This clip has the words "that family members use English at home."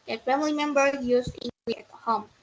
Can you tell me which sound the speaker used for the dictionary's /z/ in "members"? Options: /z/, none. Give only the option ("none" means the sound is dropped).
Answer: none